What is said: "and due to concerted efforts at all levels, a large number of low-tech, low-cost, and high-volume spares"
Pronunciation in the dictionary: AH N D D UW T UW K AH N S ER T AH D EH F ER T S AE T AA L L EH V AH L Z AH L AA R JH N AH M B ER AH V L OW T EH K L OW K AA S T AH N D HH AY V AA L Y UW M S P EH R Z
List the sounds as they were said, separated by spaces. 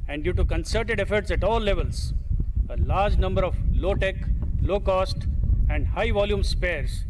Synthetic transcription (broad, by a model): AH N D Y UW T UW K AH N S ER T AH D EH F ER T S AE T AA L L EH V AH L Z AH L AA R JH N AH M B ER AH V L OW T EH K L OW K AA S T AH N D HH AY V AA L Y UW M S P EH R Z